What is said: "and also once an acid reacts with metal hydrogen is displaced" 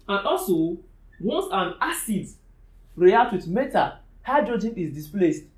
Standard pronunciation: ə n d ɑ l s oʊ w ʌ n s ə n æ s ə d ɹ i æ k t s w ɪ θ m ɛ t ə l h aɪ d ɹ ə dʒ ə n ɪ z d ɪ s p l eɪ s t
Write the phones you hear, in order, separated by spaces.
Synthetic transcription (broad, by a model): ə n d ɑ l s oʊ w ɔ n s ə n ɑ s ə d ɹ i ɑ t w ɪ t m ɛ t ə h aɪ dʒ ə dʒ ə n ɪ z d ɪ s p l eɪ s t